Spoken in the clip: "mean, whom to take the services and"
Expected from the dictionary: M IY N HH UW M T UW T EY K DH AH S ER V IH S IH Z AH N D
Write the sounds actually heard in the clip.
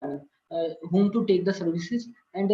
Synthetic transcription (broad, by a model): HH UW M T UW T EY K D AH S ER V IH S IH Z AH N D